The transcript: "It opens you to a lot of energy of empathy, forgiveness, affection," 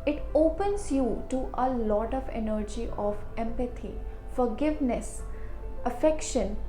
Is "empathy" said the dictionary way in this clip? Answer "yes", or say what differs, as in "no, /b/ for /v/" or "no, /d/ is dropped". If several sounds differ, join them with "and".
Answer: no, /t/ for /θ/